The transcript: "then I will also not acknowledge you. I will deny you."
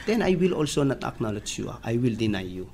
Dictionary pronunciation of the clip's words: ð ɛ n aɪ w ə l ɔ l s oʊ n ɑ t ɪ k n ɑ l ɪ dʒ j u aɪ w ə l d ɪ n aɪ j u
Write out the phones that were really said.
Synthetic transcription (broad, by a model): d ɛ n aɪ w ə l ɔ l s oʊ n ɑ t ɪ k n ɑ l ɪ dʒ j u aɪ w ə l d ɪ n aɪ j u